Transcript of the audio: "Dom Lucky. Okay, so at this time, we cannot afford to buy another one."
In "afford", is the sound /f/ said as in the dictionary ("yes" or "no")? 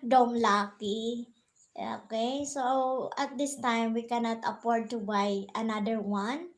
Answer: no